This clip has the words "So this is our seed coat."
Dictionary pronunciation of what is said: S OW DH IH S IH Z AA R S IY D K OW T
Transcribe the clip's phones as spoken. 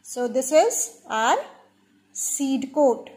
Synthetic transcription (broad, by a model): S OW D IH S IH Z AA R S IY D K OW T